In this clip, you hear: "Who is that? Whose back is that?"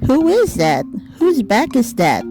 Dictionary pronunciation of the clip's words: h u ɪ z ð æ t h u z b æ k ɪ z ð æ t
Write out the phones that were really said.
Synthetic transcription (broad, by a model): h u ɪ z ð æ t h u z b æ k ɪ z ð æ t